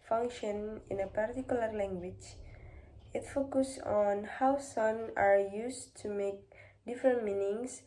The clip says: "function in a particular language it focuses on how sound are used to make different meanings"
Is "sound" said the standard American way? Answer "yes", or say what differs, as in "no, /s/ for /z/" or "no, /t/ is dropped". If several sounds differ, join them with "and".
no, /d/ is dropped